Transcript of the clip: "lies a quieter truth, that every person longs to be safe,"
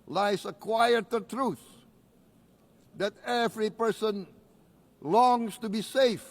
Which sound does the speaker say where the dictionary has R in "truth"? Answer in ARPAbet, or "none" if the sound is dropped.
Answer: R